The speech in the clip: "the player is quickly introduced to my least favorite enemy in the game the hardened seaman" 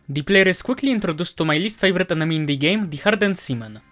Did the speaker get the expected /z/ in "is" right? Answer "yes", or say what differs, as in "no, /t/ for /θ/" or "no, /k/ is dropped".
no, /s/ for /z/